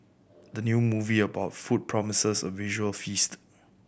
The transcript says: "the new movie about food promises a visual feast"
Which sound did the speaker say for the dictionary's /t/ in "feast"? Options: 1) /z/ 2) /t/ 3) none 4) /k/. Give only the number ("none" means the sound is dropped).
2